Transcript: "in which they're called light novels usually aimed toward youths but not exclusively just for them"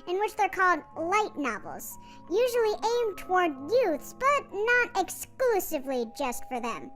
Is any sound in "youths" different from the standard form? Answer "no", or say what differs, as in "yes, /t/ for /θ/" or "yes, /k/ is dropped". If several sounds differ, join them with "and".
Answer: no